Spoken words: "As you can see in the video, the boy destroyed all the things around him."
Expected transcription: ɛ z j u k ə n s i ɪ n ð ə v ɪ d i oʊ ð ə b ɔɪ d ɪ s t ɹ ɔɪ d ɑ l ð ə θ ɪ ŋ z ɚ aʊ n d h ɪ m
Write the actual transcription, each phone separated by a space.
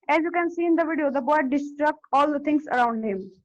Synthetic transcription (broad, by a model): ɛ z j u k ə n s i ɪ n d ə v ɪ d i oʊ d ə b ɔɪ d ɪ s t ɹ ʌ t ɑ l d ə t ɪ ŋ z ɚ aʊ n d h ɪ m